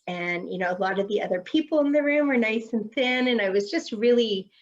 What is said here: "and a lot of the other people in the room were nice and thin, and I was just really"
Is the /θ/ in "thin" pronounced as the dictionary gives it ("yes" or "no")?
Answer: yes